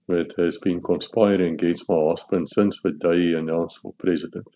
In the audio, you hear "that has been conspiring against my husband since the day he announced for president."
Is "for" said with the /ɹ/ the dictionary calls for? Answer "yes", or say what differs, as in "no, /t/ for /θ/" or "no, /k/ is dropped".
no, /l/ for /ɹ/